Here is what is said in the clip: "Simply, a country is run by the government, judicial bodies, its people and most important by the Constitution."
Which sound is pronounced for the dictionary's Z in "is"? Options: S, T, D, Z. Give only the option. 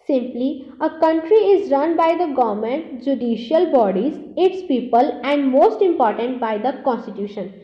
Z